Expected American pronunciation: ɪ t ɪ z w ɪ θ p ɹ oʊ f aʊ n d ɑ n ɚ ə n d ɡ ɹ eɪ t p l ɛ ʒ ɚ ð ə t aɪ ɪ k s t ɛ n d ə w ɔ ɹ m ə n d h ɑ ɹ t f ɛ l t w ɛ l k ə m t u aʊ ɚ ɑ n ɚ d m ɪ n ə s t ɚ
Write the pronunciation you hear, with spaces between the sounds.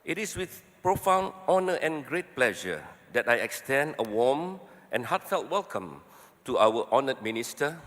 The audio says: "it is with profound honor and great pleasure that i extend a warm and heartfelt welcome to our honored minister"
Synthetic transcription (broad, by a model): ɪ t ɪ s w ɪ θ p ɹ oʊ f aʊ n ɑ n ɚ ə n ɡ ɹ eɪ t p l ɛ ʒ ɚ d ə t aɪ ɪ k s t ɛ n d ə w ɔ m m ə n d h ɑ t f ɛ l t w ɛ l k ə m t u aʊ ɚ ɑ n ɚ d m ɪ n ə s t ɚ